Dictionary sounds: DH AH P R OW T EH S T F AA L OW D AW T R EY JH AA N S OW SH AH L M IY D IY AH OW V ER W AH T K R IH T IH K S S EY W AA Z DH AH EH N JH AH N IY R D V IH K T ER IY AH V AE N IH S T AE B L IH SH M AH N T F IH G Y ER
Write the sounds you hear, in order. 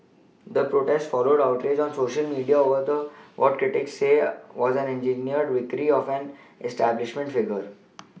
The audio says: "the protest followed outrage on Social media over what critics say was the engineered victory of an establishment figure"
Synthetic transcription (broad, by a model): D AH P R OW T EH S T F AA L OW D AW T R EY JH AA N S OW SH AH L M IY D IY AH OW V ER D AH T K R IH T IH K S S EY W AA Z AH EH N JH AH N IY R D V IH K T IY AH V AE N IH S T AE B L IH SH M AH N T F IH G ER